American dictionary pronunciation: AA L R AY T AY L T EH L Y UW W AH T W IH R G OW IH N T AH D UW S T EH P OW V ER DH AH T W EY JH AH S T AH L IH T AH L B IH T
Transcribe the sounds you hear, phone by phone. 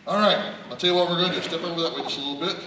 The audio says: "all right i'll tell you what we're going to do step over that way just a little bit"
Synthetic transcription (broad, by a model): AA L R AY T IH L T EH L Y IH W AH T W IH R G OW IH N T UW S T EH P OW W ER DH AH T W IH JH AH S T AH L IH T L B IH T